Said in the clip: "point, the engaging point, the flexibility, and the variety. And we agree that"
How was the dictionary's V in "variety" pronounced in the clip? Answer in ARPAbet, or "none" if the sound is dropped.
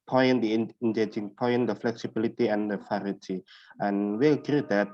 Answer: F